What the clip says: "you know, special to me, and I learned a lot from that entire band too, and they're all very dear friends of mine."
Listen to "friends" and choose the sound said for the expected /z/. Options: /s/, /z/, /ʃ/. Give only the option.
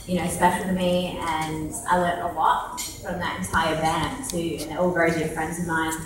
/z/